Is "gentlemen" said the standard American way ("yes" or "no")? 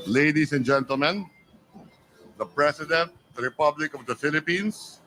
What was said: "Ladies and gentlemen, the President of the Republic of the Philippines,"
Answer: yes